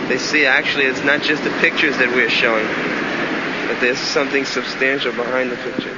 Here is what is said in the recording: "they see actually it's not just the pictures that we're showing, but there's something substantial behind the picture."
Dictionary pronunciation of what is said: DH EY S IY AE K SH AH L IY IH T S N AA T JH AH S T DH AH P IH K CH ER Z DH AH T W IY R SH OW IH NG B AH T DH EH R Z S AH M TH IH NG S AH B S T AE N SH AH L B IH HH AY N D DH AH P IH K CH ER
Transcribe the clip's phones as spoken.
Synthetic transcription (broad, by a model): DH EY S IY AE K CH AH L IY IH T S N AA T JH AH S T DH AH P IH K CH ER Z DH AH T W IY R SH OW IH NG B AH T DH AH R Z S AH M TH IH NG S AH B S T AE N SH L B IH HH AY N DH AH P IH K CH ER